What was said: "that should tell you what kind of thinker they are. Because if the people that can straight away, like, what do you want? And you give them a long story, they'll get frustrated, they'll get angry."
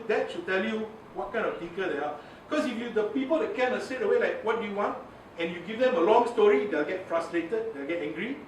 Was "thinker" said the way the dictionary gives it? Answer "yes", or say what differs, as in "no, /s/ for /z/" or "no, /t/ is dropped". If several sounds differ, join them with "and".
no, /ŋ/ is dropped